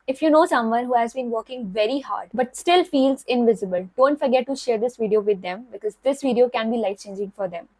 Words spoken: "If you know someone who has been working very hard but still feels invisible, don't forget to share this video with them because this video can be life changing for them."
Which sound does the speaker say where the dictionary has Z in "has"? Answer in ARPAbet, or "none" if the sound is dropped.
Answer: Z